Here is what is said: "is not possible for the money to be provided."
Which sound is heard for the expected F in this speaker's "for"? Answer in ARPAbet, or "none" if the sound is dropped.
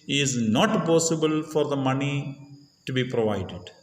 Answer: F